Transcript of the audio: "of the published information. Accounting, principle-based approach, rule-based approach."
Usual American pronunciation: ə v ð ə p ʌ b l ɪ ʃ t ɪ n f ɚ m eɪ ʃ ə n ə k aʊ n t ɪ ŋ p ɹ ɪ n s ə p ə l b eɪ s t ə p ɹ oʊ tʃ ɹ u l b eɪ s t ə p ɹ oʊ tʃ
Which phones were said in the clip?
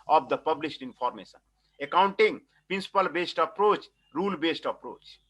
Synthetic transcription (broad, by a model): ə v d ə p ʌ b l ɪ s t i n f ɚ m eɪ s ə n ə k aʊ n t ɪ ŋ p ɹ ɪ n s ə p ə l b eɪ s t ə p ɹ oʊ tʃ ɹ u l b eɪ s t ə p ɹ oʊ tʃ